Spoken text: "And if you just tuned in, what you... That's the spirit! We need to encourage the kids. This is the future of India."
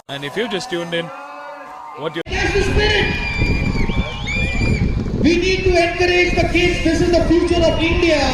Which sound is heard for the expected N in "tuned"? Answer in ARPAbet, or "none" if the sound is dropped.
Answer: N